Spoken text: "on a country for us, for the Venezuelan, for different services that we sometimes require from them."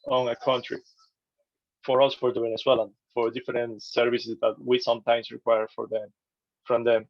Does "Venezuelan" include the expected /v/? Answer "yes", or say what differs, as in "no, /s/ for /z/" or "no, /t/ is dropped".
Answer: no, /w/ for /v/